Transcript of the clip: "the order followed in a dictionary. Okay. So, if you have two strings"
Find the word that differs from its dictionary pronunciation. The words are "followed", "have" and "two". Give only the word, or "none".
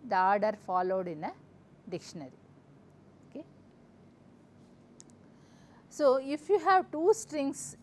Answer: none